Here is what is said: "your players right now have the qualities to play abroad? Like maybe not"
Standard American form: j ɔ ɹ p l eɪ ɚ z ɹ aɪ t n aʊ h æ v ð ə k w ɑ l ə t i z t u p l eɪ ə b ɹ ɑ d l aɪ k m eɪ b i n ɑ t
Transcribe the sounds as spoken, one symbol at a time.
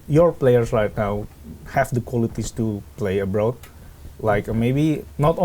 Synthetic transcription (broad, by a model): j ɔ ɹ p l eɪ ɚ s ɹ aɪ t n aʊ h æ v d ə k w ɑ l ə t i s t u p l eɪ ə b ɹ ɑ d l aɪ k m eɪ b i n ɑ t